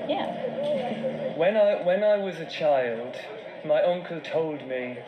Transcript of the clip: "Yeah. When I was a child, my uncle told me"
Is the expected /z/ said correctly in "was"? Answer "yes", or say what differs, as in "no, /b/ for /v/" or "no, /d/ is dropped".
yes